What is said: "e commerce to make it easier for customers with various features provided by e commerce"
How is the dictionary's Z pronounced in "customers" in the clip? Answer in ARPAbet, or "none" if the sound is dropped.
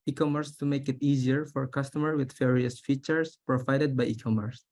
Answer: none